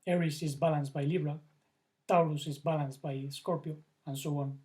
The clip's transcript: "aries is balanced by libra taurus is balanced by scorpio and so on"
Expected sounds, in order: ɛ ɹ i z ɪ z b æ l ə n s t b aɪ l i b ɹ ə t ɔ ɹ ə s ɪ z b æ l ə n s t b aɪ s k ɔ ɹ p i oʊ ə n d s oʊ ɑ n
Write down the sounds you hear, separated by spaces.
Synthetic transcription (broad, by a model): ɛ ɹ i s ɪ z b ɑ l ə n s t b aɪ l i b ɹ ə t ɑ l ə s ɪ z b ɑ l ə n s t b aɪ s k ɔ ɹ p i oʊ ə n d s oʊ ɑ n